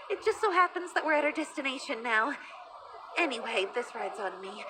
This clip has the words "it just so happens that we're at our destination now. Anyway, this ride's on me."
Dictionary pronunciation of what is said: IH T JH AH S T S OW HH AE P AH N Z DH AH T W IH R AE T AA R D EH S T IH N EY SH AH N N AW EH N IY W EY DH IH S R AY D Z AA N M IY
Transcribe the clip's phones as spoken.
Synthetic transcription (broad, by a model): IH T JH AH S T S OW HH AE P AH N Z DH AH T W IH R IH T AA R D EH S T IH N EY SH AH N N AW EH N IY W EY DH IH S R AY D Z N M IY